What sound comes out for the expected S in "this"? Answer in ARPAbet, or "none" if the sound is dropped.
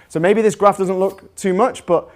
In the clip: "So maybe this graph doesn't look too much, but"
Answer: S